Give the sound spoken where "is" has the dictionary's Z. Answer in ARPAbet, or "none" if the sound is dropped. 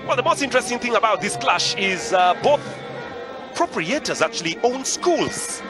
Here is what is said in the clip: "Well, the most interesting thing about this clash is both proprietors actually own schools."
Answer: Z